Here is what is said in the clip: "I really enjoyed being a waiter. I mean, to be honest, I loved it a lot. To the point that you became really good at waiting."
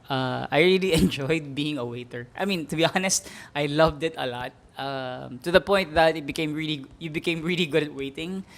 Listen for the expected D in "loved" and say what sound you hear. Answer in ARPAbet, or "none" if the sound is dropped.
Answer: D